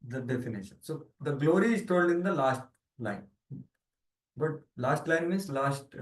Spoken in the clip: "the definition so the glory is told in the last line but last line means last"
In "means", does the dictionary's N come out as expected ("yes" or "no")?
no